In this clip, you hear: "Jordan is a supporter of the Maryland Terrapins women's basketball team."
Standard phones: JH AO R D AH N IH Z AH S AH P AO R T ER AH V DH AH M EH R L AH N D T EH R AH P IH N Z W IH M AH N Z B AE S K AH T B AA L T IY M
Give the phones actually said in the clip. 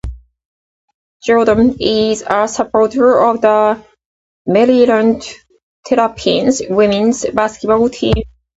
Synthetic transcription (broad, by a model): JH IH L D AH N IH Z AH S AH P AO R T ER AH V DH AH M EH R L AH N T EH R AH P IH N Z W IH M AH N Z B AE S K AH T B AA L T IY M